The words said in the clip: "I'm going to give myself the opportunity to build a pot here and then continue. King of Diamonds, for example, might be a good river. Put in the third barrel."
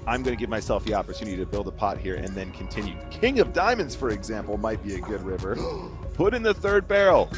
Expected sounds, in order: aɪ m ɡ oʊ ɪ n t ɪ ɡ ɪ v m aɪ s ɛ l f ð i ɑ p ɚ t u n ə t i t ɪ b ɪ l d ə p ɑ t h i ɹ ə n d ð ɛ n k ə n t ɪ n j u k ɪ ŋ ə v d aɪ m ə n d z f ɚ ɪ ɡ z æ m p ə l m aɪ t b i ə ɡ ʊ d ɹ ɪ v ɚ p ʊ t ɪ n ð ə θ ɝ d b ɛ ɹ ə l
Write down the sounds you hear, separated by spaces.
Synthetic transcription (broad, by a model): aɪ m ɡ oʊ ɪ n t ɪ ɡ ɪ v m aɪ s ɛ l f ð i ɑ p ɚ t u n ə t i t ɪ b ɪ l d ə p ɑ t h i ɹ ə n ð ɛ n k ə n t ɪ n j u k ɪ ŋ ə v d aɪ m ə n d z f ɚ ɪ ɡ z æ m p l m aɪ t b i ə ɡ ʊ d ɹ ɪ v ɚ p ʊ t ɪ n ð ə θ ɝ d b ɛ ɹ l